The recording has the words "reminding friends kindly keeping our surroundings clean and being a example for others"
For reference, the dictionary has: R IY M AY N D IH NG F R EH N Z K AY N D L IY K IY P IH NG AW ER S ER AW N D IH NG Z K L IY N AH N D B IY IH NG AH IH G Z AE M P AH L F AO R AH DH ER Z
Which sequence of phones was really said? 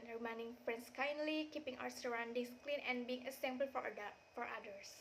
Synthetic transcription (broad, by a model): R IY M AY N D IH NG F R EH N S K AY N D L IY K IY P IH NG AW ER S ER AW N D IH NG S K L IY N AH N B IY IH NG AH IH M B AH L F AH F AO R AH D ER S